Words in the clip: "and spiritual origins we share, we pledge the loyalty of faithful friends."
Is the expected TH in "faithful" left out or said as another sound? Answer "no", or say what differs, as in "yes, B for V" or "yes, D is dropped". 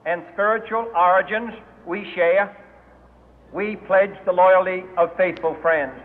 no